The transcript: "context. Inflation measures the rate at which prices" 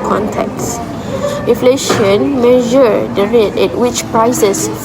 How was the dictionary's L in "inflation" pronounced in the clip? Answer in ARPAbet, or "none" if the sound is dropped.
L